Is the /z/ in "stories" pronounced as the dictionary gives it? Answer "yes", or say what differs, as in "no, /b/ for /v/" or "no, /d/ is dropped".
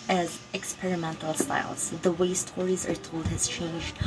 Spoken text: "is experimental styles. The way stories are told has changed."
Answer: yes